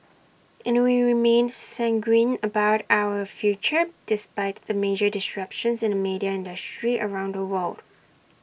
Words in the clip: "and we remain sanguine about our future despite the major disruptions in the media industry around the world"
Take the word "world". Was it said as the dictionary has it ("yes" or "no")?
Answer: yes